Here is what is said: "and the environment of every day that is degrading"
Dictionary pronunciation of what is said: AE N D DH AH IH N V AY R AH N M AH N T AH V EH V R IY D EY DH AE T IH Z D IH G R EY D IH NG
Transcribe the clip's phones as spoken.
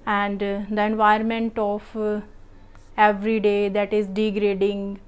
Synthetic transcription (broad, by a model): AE N D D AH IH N V AY AH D M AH N T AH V EH V R IY D EY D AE T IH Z D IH G R EY D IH NG